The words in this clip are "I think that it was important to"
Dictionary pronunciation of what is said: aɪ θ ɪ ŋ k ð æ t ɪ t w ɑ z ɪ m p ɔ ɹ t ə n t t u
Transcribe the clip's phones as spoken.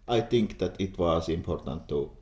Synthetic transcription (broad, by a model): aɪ t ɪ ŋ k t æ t ɪ t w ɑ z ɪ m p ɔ ɹ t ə n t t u